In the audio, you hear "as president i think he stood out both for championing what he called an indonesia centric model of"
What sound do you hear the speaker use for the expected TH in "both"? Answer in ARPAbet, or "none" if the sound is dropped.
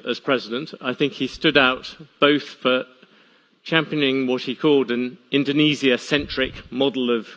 TH